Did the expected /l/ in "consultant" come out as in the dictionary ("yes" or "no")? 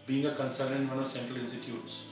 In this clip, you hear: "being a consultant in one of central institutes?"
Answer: no